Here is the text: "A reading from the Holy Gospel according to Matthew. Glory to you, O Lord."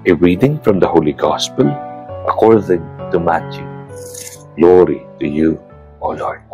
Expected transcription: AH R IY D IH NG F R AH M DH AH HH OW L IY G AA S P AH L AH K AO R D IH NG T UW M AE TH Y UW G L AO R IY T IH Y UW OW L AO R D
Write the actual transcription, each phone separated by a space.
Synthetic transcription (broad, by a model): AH R IY D IH NG F R AH M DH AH HH OW L IY G AA S P AH L AH K AO R D IH NG T UW M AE T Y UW G L AO R IY T IH Y UW OW L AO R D